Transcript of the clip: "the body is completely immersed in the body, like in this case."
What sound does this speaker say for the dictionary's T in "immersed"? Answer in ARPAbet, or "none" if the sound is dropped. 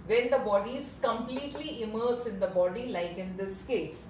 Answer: none